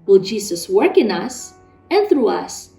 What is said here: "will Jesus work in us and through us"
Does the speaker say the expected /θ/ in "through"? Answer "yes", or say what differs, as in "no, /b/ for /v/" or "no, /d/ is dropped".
yes